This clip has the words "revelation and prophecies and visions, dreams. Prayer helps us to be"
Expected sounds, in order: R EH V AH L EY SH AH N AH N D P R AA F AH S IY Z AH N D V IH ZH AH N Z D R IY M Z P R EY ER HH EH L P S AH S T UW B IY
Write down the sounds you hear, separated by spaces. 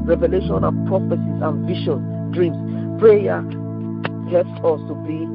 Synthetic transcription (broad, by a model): R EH V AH L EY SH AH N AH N P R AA F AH S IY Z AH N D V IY SH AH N D R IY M S P R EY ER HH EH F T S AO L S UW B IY